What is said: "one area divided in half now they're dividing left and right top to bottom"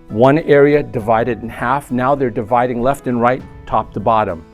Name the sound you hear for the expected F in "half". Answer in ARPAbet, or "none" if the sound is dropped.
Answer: F